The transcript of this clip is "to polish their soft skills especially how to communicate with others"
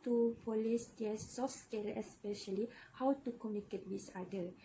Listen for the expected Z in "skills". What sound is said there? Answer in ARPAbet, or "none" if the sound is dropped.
none